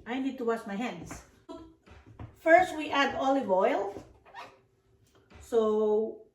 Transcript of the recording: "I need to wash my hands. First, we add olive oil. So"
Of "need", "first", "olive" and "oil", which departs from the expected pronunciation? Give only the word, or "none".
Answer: none